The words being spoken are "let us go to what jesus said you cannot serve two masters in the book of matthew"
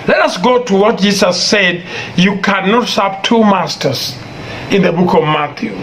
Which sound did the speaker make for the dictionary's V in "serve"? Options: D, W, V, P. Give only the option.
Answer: P